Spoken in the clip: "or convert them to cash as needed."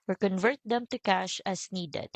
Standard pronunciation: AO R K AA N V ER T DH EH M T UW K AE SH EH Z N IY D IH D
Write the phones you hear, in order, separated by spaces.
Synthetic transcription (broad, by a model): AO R K AA N V ER T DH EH M T UW K AE SH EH S N IY D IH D